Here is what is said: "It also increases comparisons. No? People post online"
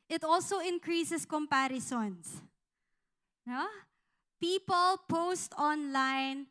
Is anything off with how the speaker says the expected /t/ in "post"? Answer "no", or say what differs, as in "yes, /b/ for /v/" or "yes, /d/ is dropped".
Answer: no